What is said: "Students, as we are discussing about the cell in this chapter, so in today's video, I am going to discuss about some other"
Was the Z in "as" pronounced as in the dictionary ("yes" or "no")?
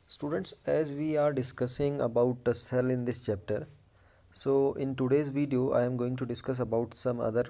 yes